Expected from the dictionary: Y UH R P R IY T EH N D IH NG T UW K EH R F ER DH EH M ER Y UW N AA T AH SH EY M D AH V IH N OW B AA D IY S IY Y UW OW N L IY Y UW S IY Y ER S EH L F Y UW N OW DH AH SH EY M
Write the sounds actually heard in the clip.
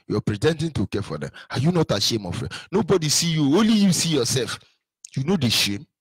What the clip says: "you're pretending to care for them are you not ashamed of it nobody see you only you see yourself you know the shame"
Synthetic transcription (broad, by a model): Y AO P R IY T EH N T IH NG T UW K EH F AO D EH M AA Y UW N AA T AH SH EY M AH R IH N OW B AA D IY S IY Y UW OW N L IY Y UW S IY Y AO S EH L F Y UW N OW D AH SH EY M